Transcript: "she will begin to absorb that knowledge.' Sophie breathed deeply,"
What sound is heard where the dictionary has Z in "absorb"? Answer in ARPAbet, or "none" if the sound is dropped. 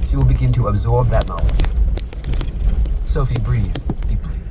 Z